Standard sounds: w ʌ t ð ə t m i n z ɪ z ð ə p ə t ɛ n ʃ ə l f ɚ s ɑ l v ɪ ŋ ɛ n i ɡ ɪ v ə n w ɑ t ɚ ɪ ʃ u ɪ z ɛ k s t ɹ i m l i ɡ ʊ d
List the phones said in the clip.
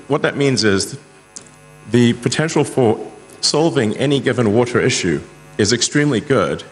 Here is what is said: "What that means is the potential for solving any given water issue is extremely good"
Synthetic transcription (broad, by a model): w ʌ t ð ə t m i n z ɪ z ð ə p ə t ɛ n ʃ l f ɚ s ɑ l v ɪ ŋ ɛ n i ɡ ɪ v ə n w ɑ t ɚ ɪ ʃ u ɪ z ɛ k s t ɹ i m l i ɡ ʊ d